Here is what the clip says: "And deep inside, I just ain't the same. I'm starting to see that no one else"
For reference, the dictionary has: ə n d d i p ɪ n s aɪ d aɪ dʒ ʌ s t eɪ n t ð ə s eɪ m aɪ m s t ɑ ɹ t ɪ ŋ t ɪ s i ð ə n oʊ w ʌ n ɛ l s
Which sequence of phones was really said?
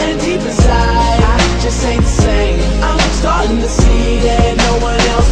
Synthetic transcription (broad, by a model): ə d d i p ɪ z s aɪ aɪ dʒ ʌ s t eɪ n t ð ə s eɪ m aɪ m s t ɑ ɹ t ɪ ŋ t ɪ s i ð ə n oʊ w ʌ n ɛ l s